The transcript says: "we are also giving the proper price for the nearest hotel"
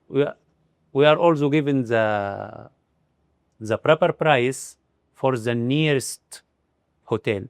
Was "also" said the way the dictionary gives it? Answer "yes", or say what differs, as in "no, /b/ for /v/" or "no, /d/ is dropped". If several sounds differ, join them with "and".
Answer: yes